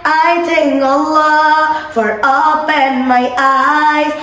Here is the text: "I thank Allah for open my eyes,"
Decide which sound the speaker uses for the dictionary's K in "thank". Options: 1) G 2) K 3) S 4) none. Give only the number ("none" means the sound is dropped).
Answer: 4